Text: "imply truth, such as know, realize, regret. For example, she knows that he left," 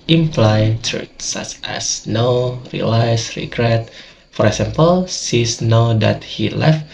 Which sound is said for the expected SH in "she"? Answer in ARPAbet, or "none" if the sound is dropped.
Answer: S